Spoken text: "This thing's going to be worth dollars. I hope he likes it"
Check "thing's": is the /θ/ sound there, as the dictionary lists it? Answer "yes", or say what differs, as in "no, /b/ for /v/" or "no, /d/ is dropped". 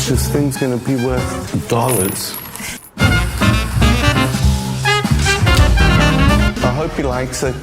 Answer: yes